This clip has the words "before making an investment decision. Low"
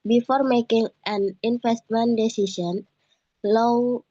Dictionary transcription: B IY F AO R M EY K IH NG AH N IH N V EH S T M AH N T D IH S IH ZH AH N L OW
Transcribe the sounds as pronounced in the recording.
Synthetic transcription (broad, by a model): B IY F AO R M EY K IH NG AH N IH N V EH S T M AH N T D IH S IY S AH N L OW